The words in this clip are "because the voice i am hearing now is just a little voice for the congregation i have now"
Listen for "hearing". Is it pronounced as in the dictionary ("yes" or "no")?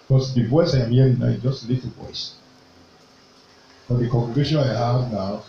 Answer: no